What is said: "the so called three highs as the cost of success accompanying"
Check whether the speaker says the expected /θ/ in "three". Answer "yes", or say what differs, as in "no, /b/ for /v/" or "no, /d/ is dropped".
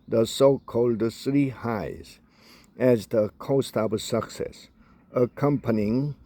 no, /s/ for /θ/